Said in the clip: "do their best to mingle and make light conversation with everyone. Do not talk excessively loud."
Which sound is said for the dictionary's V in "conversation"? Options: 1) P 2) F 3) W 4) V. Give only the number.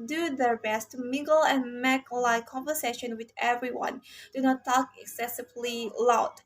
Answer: 4